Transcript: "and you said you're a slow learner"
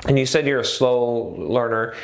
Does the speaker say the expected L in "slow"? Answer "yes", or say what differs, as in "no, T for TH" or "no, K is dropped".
yes